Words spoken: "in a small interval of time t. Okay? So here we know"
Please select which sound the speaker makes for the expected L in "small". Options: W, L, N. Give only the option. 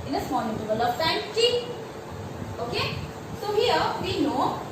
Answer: N